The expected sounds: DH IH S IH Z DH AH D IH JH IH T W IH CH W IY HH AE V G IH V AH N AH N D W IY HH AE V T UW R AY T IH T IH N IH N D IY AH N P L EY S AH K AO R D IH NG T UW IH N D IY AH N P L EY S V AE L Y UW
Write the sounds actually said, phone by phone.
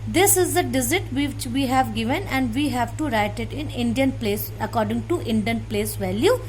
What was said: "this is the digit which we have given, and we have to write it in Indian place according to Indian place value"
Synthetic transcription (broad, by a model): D IH S IH Z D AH D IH Z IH T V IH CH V IY HH AE V G IH V AH N AH N D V IY HH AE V T UW R AY T IH T IH N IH N D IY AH N P L EY S AH K AO R D IH NG T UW IH N D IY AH N P L EY S V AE L Y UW